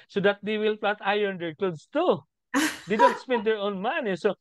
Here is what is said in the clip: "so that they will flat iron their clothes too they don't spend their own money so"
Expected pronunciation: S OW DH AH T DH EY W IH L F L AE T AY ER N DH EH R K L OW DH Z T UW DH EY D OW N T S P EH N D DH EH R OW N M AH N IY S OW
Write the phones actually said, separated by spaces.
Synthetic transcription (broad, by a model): S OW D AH T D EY W IH L P L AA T AY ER N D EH R K L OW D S T UW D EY D OW N T S P EH N D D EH R OW N M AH N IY S OW